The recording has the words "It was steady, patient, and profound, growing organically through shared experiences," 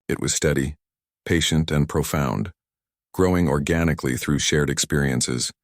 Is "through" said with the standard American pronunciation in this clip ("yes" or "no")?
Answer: yes